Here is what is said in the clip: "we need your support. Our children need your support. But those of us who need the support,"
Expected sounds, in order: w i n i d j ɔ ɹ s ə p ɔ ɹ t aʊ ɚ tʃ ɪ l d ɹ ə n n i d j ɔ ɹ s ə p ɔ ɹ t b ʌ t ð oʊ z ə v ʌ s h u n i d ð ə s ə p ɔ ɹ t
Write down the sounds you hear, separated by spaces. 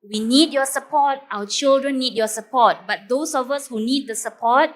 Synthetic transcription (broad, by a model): w i n i d j ɔ s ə p ɔ t aʊ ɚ tʃ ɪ l d ɹ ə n n i d j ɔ s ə p ɔ t b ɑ t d oʊ s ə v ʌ s h u n i d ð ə s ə p ɔ t